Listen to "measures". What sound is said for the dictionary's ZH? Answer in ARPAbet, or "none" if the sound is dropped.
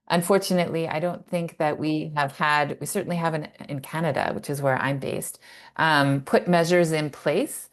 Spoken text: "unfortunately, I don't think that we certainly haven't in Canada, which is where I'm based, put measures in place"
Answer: ZH